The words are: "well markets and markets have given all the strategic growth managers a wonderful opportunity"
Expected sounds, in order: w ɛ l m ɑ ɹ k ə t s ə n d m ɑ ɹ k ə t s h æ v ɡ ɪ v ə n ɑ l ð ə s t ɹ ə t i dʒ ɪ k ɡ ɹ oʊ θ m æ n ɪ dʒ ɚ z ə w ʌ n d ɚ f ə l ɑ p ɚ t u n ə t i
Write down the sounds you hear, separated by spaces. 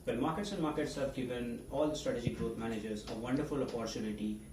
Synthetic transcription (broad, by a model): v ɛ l m ɑ ɹ k ə t s ə n d m ɑ ɹ k ə t s h æ v ɡ ɪ v ə n ɑ l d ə s t ɹ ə t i dʒ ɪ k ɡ ɹ oʊ t m æ n ɪ dʒ ɚ z ə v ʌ n d ɚ f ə l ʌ p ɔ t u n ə t i